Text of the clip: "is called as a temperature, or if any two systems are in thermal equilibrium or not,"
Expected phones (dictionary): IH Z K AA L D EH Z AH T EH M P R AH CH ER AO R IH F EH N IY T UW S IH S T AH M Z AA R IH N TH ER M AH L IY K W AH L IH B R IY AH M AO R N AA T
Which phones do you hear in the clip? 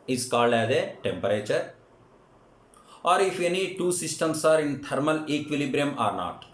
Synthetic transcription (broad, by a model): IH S K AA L EH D AH T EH M P R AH CH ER AO R IH F EH N IY T UW S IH S T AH M S AA R IH N T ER M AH L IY K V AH L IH B R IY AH M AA R N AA T